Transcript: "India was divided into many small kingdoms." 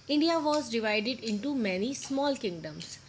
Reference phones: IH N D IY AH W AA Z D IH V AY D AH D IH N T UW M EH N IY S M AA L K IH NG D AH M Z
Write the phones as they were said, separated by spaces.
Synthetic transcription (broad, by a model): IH N D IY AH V AA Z D IH V AY D AH D IH N T UW M EH N IY S M AA L K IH NG D AH M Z